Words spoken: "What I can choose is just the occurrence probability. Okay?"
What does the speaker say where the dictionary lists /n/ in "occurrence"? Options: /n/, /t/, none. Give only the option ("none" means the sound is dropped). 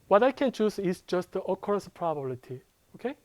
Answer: none